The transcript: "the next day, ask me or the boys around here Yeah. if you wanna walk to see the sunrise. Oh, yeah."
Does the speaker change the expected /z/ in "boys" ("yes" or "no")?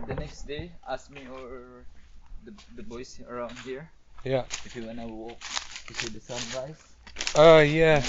yes